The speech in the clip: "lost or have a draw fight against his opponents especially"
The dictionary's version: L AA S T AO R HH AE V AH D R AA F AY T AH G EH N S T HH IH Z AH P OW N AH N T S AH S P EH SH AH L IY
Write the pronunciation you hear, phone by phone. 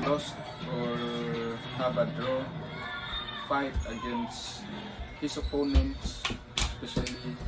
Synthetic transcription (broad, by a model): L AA S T AO R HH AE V AH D R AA F AY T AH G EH N S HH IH S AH P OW N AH N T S S P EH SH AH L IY